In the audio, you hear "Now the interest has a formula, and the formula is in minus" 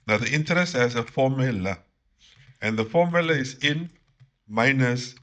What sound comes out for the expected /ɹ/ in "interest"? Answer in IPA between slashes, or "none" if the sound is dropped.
/ɹ/